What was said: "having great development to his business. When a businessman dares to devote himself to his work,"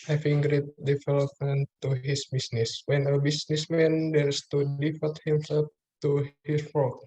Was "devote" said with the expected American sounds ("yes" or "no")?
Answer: no